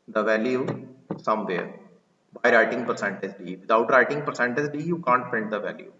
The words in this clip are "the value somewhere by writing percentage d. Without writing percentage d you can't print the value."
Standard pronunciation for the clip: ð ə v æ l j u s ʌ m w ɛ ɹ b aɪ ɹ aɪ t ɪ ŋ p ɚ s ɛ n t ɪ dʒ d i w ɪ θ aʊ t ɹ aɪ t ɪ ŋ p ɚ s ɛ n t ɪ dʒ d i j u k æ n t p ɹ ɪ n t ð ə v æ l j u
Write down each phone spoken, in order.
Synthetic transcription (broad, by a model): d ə v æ l j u s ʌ m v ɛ ɹ b aɪ ɹ aɪ t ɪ ŋ p ɚ s ɛ n t ɪ dʒ d i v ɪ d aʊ t ɹ aɪ t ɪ ŋ p ɚ s ɛ n t ɪ dʒ d i j u k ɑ n t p ɛ n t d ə v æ l j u